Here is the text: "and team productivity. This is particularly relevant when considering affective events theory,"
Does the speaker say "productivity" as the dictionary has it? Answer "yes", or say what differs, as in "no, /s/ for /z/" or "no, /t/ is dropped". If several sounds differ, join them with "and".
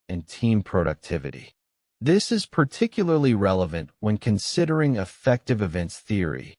yes